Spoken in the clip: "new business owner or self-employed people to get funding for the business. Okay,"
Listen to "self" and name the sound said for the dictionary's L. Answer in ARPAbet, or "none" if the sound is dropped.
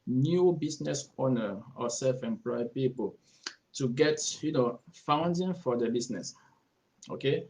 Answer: L